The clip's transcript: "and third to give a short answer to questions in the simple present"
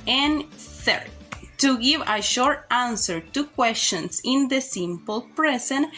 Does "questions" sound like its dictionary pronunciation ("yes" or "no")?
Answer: no